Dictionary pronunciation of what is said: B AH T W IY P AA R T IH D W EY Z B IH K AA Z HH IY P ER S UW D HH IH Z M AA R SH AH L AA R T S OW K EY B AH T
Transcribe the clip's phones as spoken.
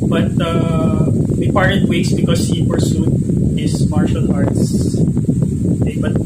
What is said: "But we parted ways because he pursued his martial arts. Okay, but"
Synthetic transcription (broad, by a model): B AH T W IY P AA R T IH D W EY S B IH K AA S HH IY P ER S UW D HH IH S M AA R SH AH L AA R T S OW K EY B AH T